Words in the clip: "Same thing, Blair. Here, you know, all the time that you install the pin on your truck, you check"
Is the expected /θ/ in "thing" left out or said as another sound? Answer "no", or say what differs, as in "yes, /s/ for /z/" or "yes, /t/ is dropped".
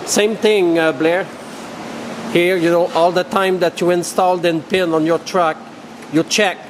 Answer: yes, /t/ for /θ/